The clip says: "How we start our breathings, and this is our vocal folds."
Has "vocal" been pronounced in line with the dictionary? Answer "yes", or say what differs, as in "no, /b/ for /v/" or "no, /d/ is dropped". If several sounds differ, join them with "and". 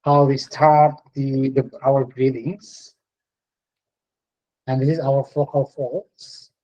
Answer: no, /f/ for /v/